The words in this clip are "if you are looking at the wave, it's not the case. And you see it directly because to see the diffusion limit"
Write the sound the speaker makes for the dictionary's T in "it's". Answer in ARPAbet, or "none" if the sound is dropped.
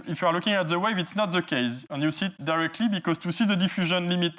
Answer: T